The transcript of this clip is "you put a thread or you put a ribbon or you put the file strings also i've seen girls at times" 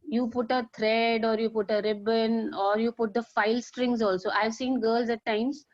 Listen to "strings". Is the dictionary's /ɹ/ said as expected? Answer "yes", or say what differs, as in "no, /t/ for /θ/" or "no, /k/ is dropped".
yes